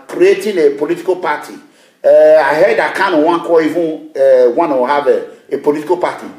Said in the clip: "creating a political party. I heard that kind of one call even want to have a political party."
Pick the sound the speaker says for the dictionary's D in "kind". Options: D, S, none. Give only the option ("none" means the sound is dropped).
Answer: none